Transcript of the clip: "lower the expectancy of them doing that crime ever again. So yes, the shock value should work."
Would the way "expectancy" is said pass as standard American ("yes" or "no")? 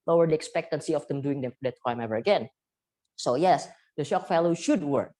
yes